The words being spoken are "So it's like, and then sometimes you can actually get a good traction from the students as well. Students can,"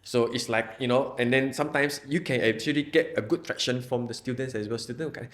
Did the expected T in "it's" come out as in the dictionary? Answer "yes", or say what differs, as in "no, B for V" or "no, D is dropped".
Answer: yes